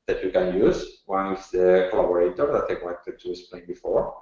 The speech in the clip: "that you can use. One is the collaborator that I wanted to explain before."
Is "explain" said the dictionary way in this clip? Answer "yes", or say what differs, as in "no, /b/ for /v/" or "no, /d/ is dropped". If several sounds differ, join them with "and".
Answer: no, /k/ is dropped